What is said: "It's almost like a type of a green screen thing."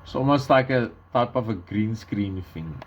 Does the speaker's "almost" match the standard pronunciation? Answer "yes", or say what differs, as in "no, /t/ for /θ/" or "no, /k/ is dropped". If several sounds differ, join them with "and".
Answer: no, /l/ is dropped